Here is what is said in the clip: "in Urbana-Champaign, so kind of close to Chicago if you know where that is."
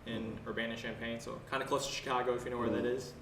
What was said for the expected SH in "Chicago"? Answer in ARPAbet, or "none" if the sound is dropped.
SH